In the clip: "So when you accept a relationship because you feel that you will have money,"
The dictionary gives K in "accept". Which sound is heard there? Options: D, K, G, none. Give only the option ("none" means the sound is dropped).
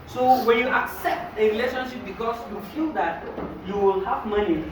K